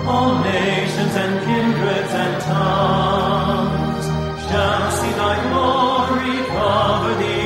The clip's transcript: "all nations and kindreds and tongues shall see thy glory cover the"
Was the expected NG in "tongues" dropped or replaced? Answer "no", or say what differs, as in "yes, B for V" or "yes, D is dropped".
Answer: yes, NG is dropped